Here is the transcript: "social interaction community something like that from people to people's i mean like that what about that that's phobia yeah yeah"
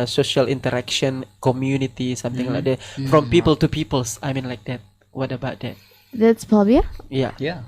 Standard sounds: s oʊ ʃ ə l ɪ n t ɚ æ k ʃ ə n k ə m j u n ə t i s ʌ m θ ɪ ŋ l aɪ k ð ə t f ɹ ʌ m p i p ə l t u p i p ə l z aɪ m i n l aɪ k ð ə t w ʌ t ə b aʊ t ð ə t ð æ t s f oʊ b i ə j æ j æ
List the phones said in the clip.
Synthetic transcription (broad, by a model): s oʊ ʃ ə l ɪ n t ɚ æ k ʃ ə n k ə m j u n ə t i s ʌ m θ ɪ ŋ l aɪ k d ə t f ɹ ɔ m p i p ə l t u p i p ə l s aɪ m i n l aɪ k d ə t w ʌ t ə b aʊ t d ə t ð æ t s p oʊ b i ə j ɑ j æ